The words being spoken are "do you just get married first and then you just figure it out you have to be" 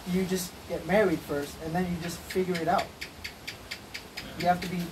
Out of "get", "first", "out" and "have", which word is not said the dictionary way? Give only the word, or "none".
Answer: have